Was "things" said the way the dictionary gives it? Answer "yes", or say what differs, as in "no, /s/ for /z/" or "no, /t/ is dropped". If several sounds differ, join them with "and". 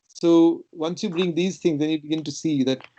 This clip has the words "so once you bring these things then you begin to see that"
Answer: no, /t/ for /θ/